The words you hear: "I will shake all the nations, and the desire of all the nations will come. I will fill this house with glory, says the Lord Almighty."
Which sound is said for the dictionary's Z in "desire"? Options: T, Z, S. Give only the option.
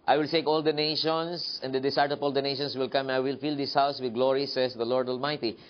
S